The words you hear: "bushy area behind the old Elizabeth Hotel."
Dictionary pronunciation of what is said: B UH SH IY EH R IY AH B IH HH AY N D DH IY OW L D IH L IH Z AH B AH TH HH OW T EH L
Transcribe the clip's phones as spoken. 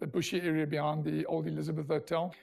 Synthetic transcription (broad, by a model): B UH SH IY EH R IY AH B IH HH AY N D DH IY OW L D IH L IH Z AH B AH TH HH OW T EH L